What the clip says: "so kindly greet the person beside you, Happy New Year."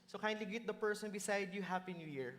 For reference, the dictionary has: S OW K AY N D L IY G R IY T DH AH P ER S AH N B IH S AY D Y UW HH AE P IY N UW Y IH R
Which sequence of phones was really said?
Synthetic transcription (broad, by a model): S OW K AY N D L IY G IY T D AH P ER S AH N B IH S AY D Y UW HH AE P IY N UW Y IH R